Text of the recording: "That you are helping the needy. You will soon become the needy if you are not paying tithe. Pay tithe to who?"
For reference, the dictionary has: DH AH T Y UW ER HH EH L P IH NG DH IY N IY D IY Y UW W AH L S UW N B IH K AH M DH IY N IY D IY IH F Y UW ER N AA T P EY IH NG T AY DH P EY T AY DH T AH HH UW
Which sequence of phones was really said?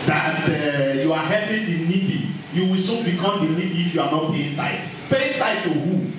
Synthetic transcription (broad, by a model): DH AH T Y UW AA HH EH P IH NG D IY N IY D IY Y UW W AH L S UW B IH K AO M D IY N IY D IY F Y UW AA N AA T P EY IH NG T AY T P EY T AY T T AH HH UW